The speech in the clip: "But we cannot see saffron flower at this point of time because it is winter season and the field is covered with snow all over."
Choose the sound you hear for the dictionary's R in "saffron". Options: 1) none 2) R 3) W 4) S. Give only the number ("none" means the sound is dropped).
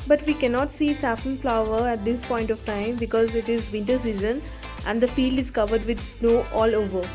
1